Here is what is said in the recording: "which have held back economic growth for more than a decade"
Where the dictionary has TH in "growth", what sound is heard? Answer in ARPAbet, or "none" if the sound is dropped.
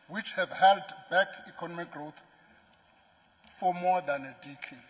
T